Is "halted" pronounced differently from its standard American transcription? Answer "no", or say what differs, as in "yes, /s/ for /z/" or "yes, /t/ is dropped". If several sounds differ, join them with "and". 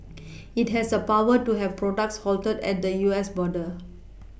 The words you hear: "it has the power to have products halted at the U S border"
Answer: no